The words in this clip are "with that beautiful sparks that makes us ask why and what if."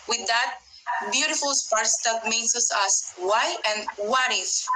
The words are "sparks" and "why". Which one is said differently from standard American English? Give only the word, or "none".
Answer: sparks